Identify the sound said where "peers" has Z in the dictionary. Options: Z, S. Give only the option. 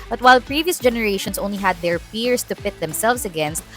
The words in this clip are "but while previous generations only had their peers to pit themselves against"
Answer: S